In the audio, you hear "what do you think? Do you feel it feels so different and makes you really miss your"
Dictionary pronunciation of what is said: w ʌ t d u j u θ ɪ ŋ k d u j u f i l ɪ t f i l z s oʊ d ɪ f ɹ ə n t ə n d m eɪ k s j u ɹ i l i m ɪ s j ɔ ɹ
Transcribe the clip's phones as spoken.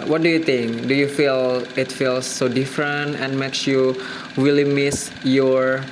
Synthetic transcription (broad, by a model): w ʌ t d u j u t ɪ ŋ k d u j u f i l ɪ t f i l s oʊ d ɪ f ɹ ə n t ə n m eɪ k s j u w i l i m ɪ s j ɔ ɹ